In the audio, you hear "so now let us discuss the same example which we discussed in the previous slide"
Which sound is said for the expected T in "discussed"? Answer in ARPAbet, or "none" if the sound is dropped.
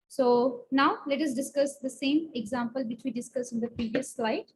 none